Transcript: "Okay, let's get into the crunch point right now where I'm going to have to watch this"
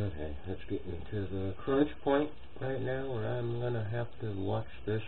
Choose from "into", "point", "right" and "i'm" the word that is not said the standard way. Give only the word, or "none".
into